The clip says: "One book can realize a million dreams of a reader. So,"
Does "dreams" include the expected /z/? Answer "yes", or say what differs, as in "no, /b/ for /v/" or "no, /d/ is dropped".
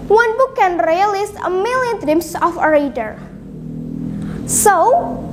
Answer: no, /s/ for /z/